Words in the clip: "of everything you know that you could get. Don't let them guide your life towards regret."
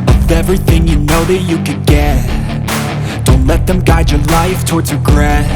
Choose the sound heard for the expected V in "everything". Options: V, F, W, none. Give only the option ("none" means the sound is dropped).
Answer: V